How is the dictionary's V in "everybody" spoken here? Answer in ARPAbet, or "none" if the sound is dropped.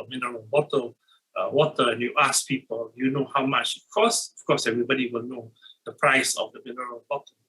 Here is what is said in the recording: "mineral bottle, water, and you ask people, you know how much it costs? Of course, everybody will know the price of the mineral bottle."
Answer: V